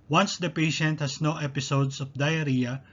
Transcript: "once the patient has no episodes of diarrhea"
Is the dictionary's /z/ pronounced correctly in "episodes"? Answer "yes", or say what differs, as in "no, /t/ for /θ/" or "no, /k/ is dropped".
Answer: no, /s/ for /z/